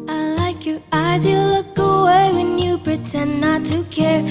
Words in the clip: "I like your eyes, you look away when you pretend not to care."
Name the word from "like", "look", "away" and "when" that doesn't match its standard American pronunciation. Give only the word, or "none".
none